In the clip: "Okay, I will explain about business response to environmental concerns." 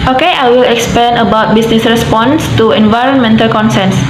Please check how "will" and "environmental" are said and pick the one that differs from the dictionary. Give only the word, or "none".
none